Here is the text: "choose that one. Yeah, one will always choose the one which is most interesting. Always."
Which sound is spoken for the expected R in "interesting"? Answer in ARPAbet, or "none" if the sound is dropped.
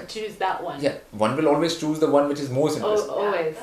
none